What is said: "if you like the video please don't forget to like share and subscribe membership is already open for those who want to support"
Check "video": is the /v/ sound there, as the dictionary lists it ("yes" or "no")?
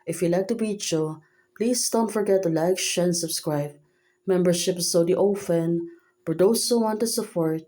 no